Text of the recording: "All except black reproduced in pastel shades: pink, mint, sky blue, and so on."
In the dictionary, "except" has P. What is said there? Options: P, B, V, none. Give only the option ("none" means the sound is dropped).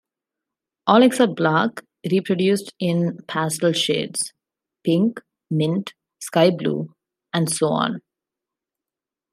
none